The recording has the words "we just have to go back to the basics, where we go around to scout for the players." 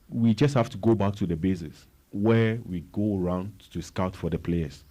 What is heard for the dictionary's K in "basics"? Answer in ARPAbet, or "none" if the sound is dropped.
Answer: none